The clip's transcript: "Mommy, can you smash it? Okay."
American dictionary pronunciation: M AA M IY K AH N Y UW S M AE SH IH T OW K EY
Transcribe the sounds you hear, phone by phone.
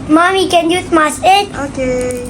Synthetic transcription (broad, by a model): M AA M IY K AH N Y UW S M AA S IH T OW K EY